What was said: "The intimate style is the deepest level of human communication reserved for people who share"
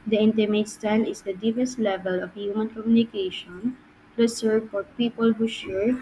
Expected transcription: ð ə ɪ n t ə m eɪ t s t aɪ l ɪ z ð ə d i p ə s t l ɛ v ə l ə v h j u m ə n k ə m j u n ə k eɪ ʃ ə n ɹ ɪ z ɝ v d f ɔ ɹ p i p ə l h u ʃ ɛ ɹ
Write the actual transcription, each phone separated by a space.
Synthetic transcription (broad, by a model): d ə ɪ n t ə m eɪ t s t aɪ l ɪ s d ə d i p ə s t l ɛ v ə l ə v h j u m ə n k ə m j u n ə k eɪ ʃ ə n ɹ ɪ s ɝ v f ɔ ɹ p i p ə l h u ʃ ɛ ɹ